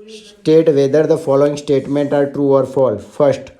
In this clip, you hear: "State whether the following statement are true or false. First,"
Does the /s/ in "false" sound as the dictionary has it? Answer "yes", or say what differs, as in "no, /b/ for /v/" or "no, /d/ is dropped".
no, /s/ is dropped